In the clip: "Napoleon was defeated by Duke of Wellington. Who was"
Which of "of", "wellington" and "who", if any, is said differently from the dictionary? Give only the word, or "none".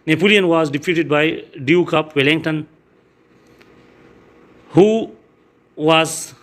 of